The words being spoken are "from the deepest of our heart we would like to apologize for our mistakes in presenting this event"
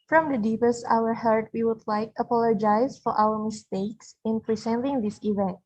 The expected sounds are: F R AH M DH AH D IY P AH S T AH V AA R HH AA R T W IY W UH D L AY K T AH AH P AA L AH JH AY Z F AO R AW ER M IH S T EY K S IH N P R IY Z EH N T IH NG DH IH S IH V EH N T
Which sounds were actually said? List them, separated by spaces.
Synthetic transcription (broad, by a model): F R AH M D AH D IY P AH S T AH W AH R HH AA R T W IY W UH D L AY K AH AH P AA L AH JH AY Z F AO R AW ER M IH S T EY K S IH N P R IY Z EH N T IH NG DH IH S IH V EH N T